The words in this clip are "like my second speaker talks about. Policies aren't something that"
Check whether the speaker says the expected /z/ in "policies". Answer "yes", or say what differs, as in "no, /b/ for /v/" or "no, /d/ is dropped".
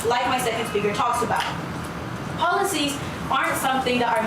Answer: yes